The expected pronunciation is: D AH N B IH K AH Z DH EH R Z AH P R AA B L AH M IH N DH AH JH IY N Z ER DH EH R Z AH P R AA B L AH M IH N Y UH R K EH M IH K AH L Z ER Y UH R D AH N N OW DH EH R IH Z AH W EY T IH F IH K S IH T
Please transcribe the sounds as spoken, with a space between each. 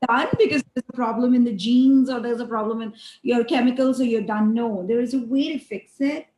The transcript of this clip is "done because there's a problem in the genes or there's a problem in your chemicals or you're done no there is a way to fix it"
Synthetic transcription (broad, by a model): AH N B IH K AH Z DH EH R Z AH P R AA B L AH M IH N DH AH JH IY N Z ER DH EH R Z AH P R AA B L AH M IH N Y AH R K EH M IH K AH L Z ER Y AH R D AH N N OW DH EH R IH Z AH W EY T IH F IH K S IH T